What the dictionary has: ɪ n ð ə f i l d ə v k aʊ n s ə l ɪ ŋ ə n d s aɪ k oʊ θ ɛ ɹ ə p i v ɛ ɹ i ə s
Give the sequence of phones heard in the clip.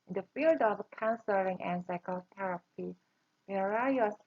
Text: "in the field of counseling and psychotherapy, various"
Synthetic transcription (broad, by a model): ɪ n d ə f i l d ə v k aʊ n s ə l ɪ ŋ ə n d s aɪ k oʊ t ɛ ɹ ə p i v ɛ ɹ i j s